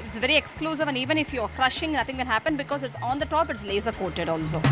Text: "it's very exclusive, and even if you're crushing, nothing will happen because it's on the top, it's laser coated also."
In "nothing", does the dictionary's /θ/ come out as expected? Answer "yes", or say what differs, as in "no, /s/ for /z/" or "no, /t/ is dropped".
no, /t/ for /θ/